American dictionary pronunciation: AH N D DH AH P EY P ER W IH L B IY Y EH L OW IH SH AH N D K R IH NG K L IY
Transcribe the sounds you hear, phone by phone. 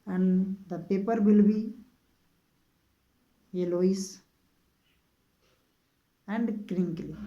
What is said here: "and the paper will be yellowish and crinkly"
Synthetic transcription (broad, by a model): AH N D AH P EY P ER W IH L B IY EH L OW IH S AH N D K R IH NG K L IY